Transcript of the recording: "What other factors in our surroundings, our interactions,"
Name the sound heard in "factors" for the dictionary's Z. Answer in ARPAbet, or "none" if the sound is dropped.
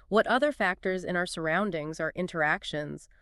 Z